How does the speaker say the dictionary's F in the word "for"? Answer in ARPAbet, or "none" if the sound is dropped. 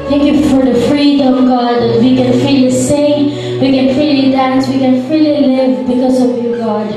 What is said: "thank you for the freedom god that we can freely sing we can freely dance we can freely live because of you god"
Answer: F